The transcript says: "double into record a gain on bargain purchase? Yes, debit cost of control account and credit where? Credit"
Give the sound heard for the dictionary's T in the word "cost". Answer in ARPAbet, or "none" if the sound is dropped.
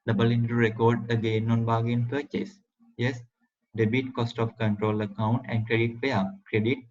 T